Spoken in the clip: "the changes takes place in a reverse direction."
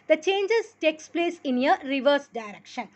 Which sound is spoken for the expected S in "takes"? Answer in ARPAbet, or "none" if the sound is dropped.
S